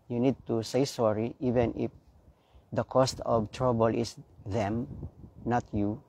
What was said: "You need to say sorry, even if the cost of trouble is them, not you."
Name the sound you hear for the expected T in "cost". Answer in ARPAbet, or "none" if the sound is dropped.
T